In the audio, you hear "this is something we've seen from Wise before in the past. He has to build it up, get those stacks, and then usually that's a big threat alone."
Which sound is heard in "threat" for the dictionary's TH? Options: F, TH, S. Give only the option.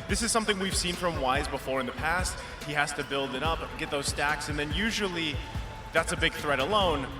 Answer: TH